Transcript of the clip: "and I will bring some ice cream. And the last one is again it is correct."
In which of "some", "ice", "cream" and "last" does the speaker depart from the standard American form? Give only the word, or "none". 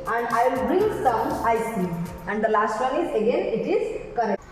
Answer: cream